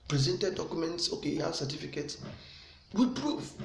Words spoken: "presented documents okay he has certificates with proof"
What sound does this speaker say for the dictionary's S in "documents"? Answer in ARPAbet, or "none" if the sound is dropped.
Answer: S